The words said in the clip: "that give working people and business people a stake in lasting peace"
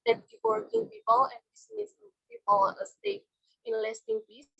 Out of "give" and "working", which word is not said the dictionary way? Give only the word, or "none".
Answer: give